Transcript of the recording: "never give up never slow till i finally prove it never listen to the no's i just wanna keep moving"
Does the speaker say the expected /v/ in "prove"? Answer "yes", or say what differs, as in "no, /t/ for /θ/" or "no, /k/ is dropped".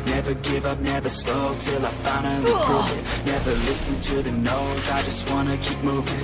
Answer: no, /v/ is dropped